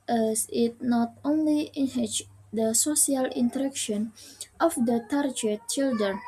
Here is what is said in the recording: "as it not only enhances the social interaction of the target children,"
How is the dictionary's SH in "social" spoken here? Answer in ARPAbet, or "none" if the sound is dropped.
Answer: none